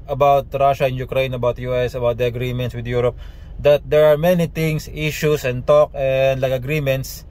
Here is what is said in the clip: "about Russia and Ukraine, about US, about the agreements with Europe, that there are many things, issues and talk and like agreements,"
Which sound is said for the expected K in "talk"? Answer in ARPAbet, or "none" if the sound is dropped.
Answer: K